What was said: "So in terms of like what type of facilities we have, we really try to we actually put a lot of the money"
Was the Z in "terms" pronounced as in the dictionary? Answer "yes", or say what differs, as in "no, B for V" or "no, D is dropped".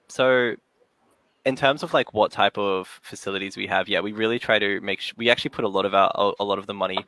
yes